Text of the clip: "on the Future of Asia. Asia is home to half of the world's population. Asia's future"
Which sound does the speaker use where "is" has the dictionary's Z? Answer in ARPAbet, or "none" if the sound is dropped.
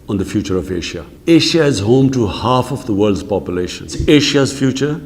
Z